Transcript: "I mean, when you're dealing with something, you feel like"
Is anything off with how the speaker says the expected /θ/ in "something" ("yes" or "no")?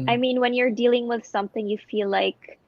no